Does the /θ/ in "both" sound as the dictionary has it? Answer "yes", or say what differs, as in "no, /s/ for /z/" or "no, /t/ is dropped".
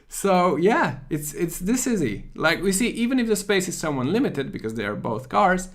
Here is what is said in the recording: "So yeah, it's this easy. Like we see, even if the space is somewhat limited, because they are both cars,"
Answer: yes